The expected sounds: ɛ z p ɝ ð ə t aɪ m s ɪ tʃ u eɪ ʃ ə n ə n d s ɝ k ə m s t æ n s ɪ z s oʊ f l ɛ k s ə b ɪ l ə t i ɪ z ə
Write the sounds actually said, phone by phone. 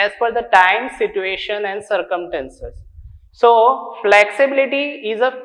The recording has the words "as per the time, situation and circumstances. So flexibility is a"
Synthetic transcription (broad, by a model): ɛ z f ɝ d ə t aɪ m s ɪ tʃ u eɪ ʃ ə n ə n d s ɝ k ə m s t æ n s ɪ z s oʊ f l ɛ k s ə b ɪ l ə t i ɪ z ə